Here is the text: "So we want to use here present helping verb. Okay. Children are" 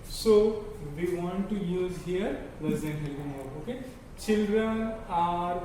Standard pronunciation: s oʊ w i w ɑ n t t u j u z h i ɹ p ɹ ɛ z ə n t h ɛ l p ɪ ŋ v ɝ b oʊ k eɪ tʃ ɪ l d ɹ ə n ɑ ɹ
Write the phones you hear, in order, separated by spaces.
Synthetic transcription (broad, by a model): s oʊ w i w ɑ n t t u j u z h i ɹ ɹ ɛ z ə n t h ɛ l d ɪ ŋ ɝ oʊ k eɪ tʃ ɪ l d ɹ ə n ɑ ɹ